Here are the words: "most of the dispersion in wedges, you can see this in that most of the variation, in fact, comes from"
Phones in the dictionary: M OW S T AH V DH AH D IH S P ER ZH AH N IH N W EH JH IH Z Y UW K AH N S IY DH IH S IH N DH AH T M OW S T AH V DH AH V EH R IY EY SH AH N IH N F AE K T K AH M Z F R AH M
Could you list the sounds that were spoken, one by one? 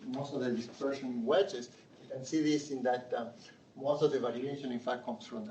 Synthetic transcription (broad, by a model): M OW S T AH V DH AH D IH S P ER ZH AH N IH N W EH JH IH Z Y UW K AH N S IY DH IH S IH N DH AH T M OW S T AH V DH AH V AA L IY EY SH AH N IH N F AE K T K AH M S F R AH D